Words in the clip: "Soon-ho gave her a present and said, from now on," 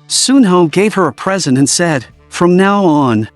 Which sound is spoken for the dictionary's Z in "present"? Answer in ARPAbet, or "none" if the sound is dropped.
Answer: Z